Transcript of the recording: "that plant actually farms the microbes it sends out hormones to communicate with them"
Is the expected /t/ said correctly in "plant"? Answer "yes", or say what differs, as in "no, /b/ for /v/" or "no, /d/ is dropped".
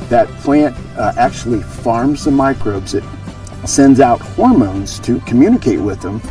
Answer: yes